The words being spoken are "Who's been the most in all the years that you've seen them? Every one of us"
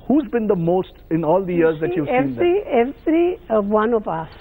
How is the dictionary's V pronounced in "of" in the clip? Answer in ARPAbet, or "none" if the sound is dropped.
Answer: P